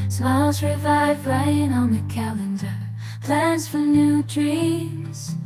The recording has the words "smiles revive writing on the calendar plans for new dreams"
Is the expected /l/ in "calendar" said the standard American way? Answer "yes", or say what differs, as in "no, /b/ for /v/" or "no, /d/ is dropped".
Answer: yes